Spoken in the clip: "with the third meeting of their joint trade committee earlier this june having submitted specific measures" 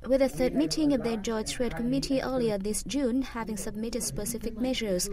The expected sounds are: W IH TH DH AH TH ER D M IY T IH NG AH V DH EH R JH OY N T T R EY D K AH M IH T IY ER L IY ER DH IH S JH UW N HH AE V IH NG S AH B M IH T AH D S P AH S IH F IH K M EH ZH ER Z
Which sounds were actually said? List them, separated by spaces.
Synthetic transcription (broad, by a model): W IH DH AH TH ER D M IY T IH NG AH V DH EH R JH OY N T T R EY D K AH M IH T IY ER L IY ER DH IH S JH UW N HH AE V IH NG S AH B M IH T AH D S P AH S IH F IH K M EH ZH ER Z